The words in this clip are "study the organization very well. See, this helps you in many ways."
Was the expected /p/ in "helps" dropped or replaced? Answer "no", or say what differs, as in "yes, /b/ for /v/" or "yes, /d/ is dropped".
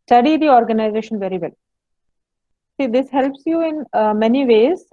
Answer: no